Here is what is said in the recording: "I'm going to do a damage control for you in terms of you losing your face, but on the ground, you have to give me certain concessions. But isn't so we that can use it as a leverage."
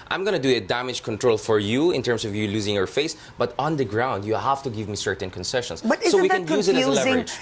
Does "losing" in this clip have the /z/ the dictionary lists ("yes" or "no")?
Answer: yes